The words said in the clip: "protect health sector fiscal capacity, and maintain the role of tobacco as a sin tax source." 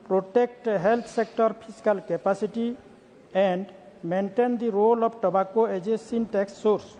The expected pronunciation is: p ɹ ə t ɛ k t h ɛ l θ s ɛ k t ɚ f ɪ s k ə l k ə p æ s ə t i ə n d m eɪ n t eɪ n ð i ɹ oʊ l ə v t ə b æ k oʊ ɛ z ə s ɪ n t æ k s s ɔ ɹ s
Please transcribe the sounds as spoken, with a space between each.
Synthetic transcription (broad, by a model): p ɹ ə t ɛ k t h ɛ l t s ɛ k t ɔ p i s k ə l k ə p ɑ s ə t i ə n d m eɪ n t eɪ n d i ɹ oʊ l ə b t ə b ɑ k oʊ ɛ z ə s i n t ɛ k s s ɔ ɹ s